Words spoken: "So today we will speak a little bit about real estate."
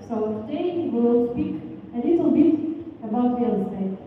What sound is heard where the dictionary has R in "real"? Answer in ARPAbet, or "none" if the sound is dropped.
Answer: W